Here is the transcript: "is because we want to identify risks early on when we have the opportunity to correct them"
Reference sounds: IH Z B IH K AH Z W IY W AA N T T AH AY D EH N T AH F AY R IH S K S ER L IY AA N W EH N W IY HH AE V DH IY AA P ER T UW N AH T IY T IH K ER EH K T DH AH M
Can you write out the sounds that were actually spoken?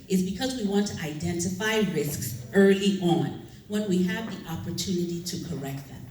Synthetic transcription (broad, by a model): IH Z B IH K AH Z W IY W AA N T T AH AY D EH N T AH F AY R IH S K S ER L IY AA N W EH N W IY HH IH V DH IY AA P ER T UW N AH T IY T IH K ER EH K T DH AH M